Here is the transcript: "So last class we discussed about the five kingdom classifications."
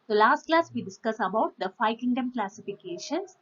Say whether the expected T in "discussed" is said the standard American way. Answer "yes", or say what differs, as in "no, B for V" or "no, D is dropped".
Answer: no, T is dropped